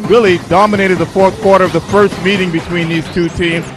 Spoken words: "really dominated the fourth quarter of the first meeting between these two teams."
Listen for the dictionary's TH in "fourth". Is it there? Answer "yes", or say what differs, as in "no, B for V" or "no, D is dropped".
yes